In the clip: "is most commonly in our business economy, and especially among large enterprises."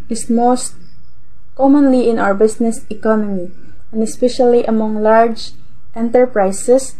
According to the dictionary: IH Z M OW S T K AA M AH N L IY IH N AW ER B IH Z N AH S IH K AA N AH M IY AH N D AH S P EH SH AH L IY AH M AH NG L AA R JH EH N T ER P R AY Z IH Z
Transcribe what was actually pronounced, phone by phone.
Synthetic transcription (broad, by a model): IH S M OW S T K AA M AH N L IY IH N AW ER B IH S N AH S IH K AA N AH M IY AH N D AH S P EH SH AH L IY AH M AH NG L AA R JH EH N T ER P R AY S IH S